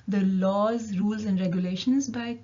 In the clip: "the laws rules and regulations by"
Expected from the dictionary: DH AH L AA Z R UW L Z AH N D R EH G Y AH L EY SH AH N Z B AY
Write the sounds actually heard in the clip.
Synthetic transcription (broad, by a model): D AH L AA Z R UW L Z AH N D R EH G Y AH L EY SH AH N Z B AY